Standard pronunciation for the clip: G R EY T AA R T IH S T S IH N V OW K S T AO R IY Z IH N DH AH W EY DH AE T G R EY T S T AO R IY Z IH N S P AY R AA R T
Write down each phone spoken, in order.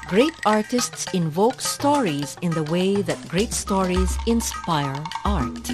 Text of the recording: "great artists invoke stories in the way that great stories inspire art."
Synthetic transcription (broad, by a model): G R EY T AA R T IH S T S IH N V OW K S T AO R IY Z IH N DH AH W EY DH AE T G R EY T S T AO R IY Z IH N S P AY R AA R T